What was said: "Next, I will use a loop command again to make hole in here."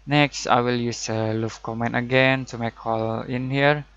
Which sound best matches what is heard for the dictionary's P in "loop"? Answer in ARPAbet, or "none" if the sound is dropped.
F